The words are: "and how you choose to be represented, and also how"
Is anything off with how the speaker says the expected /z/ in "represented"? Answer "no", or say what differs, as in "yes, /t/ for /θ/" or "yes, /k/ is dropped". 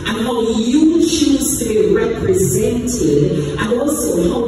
no